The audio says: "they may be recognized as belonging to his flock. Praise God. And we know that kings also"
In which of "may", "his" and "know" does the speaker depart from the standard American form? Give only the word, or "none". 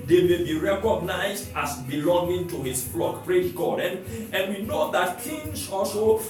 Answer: his